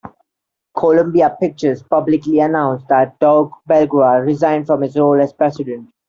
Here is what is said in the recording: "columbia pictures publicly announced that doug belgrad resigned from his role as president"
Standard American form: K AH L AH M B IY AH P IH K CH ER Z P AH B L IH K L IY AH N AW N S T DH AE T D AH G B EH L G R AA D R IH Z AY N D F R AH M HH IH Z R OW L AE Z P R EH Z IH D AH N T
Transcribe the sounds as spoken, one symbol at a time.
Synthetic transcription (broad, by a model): K AH L AH M B IY AH P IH K CH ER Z P AH B L IH K L IY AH N AW N S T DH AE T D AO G B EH L G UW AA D R IH Z AY N D F R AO M HH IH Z R OW L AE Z P R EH S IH D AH N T